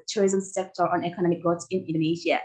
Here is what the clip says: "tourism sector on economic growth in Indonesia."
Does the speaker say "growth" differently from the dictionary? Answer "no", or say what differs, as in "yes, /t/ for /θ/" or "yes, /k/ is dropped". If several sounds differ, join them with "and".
yes, /ɹ/ is dropped and /s/ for /θ/